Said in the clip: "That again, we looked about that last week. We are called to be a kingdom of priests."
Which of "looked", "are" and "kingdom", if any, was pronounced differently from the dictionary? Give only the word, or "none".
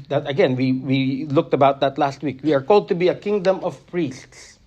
none